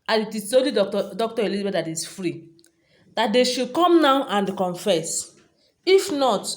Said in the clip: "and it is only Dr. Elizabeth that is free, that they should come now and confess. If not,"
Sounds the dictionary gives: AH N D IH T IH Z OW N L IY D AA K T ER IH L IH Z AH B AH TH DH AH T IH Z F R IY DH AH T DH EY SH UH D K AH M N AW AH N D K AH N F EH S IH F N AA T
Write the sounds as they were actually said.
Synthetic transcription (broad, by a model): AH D IH T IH S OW L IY D AA K T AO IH L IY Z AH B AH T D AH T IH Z F R IY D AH T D EY SH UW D K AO M N AW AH N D K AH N F EH S IH F N AA T